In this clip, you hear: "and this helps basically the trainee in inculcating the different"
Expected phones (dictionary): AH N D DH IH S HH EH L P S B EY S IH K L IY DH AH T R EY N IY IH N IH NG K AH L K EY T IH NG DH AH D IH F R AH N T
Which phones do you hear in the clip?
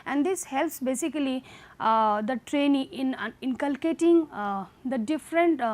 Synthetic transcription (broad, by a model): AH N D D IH S HH EH L P S B EY S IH K L IY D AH T R EY N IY IH N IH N K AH L K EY T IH NG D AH D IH F R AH N T